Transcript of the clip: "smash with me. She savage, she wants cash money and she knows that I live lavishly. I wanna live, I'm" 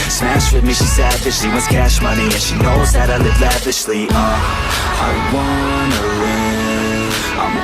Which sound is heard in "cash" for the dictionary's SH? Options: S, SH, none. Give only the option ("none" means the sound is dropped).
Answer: SH